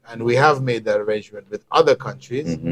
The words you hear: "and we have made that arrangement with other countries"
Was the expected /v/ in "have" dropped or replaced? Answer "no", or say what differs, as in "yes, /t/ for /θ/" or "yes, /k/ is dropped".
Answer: no